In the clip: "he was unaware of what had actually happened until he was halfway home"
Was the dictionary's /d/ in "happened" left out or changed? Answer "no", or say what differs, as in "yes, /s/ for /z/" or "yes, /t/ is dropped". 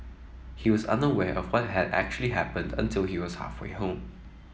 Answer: no